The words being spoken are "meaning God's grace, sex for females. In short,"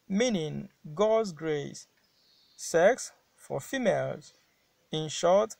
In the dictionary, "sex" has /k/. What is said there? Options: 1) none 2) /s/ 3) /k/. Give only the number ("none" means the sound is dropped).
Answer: 3